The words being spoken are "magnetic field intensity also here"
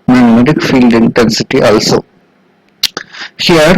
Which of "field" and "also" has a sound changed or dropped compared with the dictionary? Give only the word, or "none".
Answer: none